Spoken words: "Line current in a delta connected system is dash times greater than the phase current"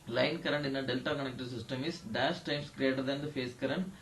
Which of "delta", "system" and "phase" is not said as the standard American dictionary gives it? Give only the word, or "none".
phase